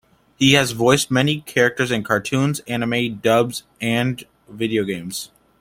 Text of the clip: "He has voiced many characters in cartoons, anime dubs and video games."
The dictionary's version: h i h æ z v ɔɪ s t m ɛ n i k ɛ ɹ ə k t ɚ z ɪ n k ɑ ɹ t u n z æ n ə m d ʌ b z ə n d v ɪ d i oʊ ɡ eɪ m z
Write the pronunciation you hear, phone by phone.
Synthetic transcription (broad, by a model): h i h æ z v ɔɪ s t m ɛ n i k ɛ ɹ ə k t ɚ z ɪ n k ɑ ɹ t u n z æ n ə m d ʌ b z ə n d v ɪ d i oʊ ɡ eɪ m z